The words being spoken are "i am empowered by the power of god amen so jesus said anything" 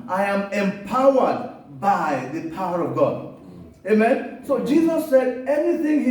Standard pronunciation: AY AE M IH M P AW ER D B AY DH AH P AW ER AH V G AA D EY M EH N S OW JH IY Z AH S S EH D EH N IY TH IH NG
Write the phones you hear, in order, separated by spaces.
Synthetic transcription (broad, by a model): AY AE M IH M P AW ER D B AY DH AH P AW ER AH V G AA D EY M EH N S OW JH IY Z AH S S EH D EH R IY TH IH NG